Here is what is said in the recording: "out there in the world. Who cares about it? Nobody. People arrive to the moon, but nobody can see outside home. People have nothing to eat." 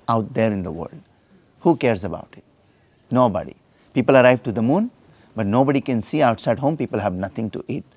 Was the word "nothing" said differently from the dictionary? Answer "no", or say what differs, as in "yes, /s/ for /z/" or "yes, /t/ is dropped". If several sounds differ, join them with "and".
yes, /t/ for /θ/